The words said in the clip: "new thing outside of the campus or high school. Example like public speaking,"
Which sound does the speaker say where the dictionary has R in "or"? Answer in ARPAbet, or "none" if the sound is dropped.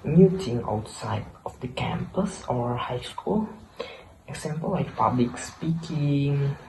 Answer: R